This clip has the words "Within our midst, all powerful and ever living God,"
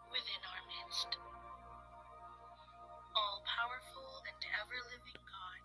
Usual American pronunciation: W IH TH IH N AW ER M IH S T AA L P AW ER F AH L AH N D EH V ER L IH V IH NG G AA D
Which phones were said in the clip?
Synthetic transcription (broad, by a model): W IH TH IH N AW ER M IH S T AA L P AW ER F AH L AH N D EH V ER L IH V IH NG G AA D